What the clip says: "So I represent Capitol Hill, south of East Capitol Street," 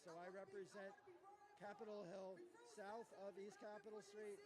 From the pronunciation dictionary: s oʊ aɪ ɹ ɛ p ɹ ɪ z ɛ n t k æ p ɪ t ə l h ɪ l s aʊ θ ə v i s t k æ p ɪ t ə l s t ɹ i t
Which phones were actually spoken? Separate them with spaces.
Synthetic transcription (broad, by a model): s oʊ aɪ ɹ ɛ p ɹ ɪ z ɛ n k æ p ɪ t l h ɪ l s aʊ θ ə v i s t k æ p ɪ t l s t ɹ i t